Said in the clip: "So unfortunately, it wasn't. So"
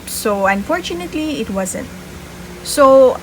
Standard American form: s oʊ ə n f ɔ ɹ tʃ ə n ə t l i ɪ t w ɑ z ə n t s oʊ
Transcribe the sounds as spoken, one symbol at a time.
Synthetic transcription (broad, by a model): s oʊ ə n f ɔ ɹ tʃ ə n ə t l i ɪ t w ɑ z ə n t s oʊ